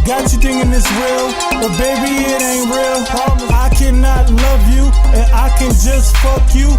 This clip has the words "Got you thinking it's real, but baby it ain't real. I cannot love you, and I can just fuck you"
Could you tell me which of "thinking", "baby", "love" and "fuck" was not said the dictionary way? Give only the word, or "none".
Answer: thinking